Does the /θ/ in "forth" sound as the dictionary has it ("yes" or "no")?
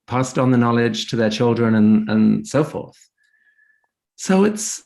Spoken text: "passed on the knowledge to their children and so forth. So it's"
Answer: yes